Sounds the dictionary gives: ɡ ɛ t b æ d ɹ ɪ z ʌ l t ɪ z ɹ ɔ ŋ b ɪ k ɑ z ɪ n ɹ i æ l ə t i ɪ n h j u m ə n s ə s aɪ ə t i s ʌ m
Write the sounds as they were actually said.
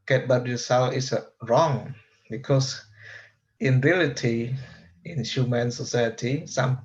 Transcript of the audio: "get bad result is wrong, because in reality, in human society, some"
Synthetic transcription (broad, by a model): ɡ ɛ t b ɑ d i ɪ s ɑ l ɪ s ɹ ɔ ŋ b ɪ k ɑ s ɪ n ɹ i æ l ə t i ɪ n h j u m ə n s ə s aɪ ə t i s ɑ m